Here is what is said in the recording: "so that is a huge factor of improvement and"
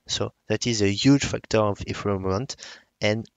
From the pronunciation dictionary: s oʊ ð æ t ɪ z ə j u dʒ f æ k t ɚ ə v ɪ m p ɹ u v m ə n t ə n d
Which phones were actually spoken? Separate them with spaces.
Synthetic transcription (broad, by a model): s oʊ ð æ t ɪ z ə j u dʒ f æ k t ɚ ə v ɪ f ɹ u m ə n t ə n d